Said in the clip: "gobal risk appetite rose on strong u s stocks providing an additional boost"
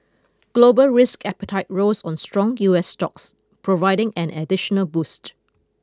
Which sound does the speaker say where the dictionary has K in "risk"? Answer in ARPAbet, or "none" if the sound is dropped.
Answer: K